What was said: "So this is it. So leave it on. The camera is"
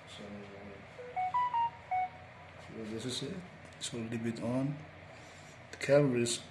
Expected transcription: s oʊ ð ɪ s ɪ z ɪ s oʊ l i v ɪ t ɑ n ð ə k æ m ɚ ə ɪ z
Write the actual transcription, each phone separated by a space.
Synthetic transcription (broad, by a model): s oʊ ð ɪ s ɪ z ɪ s oʊ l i b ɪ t ɑ n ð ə k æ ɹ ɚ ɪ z